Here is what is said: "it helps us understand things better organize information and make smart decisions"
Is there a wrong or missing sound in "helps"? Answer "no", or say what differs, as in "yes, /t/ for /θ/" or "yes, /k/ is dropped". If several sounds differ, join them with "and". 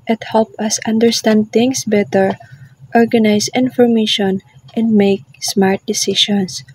yes, /s/ is dropped